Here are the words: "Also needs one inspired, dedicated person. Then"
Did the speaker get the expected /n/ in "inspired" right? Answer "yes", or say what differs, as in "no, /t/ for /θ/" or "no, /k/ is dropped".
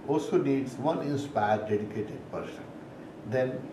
yes